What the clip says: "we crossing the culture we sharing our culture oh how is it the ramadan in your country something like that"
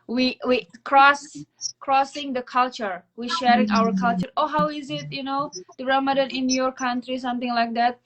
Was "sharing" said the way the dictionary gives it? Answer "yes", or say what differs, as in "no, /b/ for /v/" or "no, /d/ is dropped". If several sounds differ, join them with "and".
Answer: yes